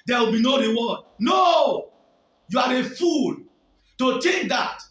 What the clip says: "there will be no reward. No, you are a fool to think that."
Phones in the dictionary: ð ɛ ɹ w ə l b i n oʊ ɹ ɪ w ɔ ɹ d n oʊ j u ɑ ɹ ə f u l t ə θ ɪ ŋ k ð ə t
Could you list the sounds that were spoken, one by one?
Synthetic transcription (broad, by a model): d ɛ w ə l b i n oʊ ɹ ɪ w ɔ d n oʊ j u ɑ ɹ ə f u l t ə t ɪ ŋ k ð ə t